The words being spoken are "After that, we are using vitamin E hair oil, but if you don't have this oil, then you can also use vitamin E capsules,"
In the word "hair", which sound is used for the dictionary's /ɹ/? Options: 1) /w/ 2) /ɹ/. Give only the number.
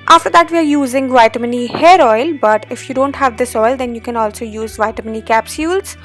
2